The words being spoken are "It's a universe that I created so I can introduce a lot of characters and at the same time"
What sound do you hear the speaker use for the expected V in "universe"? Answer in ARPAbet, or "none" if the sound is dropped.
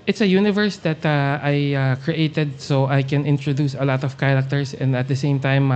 V